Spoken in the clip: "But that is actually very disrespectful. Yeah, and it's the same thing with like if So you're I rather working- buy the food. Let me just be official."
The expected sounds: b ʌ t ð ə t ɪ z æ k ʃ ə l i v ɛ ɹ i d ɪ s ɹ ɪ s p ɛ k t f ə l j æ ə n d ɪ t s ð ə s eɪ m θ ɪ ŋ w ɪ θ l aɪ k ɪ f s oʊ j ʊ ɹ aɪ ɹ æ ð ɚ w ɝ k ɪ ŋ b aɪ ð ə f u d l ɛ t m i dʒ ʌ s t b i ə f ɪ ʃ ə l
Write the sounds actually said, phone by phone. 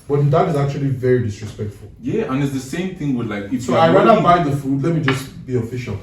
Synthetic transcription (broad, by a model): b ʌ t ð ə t ɪ z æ k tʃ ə l i v ɛ ɹ i d ɪ s ɹ ɪ s p ɛ k t f ə l j æ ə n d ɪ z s ð ə s eɪ m θ ɪ ŋ w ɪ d l aɪ k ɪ s oʊ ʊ aɪ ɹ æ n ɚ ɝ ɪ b aɪ ð ə f u d l ɛ t m i dʒ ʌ s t b i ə f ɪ ʃ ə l